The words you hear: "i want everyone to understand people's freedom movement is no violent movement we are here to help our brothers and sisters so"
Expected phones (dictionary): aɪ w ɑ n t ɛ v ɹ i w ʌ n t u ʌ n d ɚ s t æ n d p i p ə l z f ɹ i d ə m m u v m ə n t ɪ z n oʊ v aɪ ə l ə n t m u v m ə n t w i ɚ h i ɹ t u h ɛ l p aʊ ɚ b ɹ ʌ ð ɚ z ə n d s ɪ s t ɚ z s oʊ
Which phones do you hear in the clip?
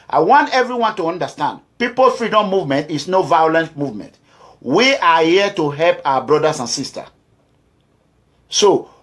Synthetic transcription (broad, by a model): aɪ w ɑ n t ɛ v ɹ i w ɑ n t u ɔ n d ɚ s t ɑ n d p i p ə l f ɹ i d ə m m u v m ə n t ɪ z n oʊ v aɪ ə l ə n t m u v m ə n t w i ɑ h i t u h ɛ l p aʊ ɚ b ɹ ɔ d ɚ s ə n s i s t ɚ s oʊ